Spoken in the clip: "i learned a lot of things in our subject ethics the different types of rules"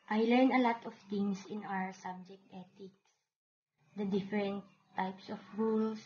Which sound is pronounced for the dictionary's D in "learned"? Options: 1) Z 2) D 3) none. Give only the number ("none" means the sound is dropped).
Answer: 3